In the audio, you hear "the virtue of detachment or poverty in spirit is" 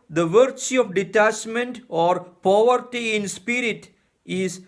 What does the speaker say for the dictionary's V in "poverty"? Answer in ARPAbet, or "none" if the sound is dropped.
V